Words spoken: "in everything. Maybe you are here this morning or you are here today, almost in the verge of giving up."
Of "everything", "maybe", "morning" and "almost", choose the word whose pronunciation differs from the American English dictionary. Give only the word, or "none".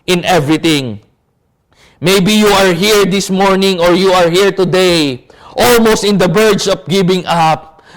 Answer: everything